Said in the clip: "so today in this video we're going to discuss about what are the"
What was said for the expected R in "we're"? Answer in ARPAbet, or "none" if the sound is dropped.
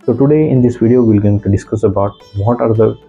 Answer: L